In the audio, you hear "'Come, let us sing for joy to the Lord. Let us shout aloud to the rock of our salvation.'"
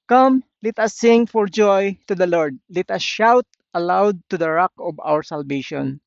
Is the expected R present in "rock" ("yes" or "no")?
yes